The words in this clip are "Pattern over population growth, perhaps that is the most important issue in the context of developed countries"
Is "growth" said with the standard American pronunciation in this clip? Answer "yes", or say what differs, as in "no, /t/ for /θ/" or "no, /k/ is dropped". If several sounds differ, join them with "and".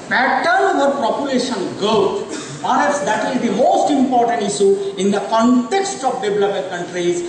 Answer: no, /ɹ/ is dropped and /t/ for /θ/